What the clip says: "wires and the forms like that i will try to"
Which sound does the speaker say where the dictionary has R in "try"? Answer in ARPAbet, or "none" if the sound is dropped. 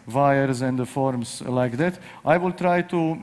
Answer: R